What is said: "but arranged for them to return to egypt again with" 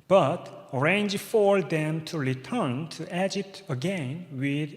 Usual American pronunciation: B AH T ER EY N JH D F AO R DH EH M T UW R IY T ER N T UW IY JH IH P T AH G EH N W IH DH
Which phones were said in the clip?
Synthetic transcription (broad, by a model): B AH T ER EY N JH F AO R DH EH M T UW R IY T ER N T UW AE JH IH T AH G EH N W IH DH